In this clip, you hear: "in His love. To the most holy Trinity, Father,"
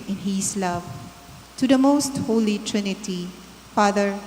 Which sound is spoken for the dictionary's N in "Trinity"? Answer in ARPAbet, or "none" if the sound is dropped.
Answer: N